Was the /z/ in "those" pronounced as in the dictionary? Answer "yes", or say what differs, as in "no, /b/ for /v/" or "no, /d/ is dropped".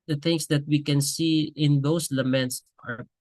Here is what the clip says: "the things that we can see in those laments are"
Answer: no, /s/ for /z/